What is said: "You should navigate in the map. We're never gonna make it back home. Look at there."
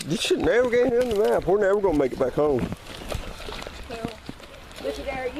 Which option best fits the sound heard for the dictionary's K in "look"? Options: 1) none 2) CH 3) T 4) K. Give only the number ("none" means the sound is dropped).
1